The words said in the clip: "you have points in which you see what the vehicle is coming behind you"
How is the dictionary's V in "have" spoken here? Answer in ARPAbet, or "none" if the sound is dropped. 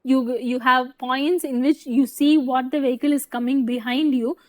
V